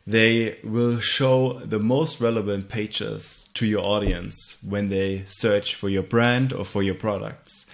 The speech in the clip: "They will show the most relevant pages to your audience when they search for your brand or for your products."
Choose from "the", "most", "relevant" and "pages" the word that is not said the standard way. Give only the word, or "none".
pages